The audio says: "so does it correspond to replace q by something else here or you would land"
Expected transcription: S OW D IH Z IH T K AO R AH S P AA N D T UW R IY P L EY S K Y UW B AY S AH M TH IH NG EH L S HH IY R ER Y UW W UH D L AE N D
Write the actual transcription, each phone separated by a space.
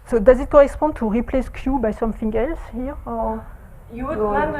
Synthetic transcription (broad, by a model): S OW D IH Z IH T K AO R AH S P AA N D T UW R IY P L EY S K Y UW B AY S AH M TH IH NG EH L S HH IY R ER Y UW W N